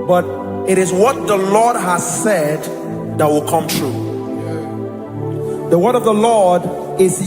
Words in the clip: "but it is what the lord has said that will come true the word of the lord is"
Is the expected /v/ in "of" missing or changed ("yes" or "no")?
no